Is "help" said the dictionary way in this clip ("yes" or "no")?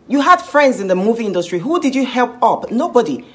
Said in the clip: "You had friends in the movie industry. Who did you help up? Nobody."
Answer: yes